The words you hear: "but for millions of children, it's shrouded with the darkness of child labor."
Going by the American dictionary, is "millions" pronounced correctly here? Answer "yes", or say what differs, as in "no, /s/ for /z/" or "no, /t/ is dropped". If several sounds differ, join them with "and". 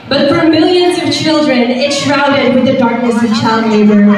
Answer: yes